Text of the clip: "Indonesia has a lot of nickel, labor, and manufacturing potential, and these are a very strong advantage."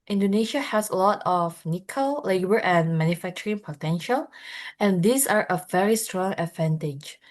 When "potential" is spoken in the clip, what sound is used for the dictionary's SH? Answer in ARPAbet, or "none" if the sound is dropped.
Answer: SH